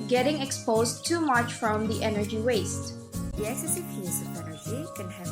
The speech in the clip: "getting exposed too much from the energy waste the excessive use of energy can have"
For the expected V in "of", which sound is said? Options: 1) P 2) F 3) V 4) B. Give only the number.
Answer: 1